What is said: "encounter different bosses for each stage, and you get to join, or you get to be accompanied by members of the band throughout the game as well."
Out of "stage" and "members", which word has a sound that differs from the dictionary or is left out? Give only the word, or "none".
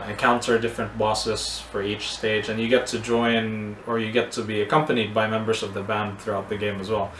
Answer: none